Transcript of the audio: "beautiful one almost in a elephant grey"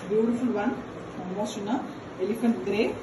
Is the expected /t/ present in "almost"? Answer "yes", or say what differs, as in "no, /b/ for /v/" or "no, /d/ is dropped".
no, /t/ is dropped